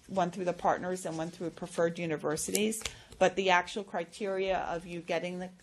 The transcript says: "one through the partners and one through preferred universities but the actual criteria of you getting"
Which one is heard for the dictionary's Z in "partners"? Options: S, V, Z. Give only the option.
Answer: Z